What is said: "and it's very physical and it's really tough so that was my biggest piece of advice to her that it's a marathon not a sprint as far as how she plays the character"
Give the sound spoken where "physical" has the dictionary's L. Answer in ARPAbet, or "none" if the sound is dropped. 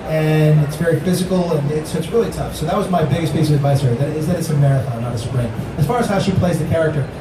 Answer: N